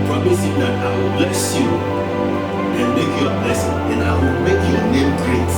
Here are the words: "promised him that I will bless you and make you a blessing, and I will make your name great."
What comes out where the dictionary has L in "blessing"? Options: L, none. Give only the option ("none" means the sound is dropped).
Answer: none